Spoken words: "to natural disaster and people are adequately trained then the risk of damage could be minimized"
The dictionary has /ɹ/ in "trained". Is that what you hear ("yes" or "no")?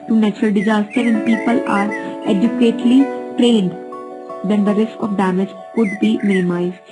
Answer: yes